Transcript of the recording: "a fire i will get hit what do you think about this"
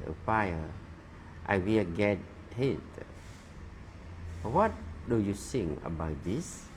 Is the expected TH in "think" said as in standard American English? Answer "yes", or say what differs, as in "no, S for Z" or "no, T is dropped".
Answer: no, S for TH